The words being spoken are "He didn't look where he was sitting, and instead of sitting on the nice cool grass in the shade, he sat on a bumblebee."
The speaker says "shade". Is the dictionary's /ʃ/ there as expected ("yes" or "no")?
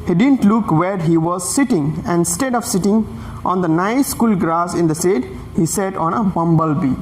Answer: no